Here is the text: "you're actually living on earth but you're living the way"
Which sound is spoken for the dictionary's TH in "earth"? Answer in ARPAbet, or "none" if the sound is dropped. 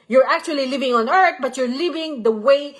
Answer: T